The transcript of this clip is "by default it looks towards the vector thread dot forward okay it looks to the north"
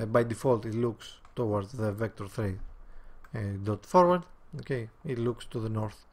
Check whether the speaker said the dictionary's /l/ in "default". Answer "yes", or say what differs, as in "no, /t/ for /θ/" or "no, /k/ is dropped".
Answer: yes